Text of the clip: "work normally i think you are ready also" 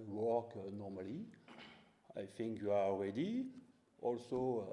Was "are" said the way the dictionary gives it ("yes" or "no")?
no